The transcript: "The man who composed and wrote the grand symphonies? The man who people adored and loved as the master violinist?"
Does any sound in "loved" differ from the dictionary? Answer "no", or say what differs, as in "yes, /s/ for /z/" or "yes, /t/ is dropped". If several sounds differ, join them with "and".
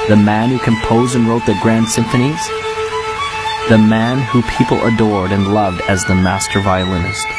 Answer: no